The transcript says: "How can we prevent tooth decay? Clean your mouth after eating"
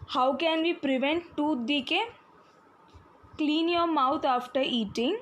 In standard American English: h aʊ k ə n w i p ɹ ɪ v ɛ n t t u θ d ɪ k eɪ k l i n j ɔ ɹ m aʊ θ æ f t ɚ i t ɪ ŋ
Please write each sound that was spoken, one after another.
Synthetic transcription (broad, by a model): h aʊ k ə n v i p ɹ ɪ v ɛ n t t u d ɪ k eɪ k l i n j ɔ m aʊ t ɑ f t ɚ i t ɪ ŋ